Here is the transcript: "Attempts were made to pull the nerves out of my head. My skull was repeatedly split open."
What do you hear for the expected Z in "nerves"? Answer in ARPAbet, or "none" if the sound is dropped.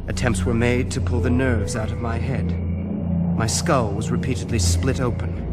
Z